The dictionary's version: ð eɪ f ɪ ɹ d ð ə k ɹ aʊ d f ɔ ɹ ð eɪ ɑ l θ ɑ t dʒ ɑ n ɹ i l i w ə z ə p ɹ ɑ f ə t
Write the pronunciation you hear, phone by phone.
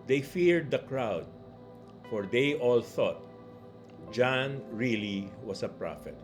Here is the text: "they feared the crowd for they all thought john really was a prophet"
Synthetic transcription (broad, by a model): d eɪ f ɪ ɹ d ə k ɹ aʊ d f ɔ ɹ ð eɪ ɑ l θ ɑ t dʒ ɑ n ɹ i l i w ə s ə p ɹ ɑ f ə t